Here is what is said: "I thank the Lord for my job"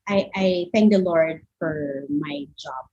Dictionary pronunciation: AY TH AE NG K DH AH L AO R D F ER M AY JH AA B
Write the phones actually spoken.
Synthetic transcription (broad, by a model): AY TH AE NG K DH AH L AO R D F ER M AY JH AA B